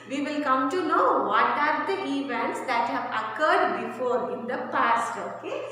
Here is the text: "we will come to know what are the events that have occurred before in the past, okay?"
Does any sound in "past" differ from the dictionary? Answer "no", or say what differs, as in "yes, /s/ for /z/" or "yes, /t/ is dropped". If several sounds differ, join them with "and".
no